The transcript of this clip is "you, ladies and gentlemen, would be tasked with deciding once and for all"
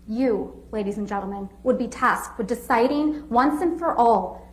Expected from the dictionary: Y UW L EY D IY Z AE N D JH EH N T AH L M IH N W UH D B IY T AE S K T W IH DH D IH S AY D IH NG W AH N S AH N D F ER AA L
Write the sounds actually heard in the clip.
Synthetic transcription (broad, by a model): Y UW L EY D IY Z N JH EH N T L M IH N W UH D B IY T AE S K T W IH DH D IH S AY D IH NG W AH N S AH N F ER AA L